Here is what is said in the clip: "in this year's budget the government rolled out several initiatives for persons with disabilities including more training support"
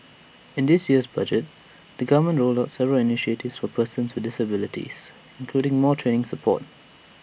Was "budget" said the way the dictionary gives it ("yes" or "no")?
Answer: yes